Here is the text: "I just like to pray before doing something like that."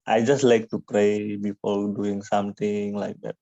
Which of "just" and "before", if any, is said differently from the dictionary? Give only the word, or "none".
before